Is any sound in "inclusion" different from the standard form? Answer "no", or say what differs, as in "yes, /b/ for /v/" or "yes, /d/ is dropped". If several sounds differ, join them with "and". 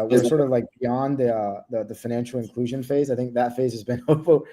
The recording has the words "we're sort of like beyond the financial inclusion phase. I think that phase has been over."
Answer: no